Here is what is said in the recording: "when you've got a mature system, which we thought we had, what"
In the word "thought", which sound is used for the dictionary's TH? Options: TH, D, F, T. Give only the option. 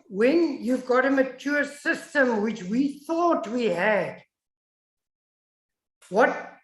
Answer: TH